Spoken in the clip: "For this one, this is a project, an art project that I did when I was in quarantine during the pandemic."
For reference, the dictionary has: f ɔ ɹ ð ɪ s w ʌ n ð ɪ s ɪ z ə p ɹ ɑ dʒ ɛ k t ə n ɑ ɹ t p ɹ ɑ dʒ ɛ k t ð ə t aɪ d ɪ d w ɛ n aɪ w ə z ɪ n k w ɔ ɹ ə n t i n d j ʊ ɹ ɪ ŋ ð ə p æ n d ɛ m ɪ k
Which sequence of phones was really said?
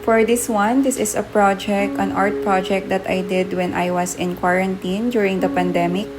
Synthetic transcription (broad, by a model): f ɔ ɹ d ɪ s w ʌ n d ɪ s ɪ s ə p ɹ ɑ dʒ ɛ k t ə n ɑ ɹ t p ɹ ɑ dʒ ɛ k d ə t aɪ d ɪ d w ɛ n aɪ w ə s ɪ n k w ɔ ɹ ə n t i n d j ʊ ɹ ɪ ŋ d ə p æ n d ɛ m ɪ k